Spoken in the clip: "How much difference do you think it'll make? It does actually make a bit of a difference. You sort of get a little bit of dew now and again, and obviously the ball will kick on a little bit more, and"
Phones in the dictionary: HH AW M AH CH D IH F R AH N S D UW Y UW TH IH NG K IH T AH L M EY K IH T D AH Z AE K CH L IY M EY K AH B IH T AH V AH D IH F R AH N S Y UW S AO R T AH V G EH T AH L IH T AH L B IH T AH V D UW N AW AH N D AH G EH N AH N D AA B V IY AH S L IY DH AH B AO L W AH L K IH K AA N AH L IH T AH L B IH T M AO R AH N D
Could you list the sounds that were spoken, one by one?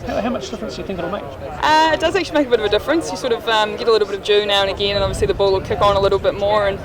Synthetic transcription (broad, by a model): HH AW M AH CH D IH F R AH N S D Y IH TH IH NG K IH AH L M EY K IH T D AH Z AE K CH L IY M EY K AH B IH T AH V AH D IH F R AH N S Y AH S AO R T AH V G EH T AH L IH T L B IH T AH V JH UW N AW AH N AH G EH N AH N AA V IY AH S L IY DH AH B AO L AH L K IH K N AH L IH T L B IH T M AO R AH N